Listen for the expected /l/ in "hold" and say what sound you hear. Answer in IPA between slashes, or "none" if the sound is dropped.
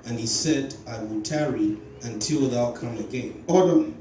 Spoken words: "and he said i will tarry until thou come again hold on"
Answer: none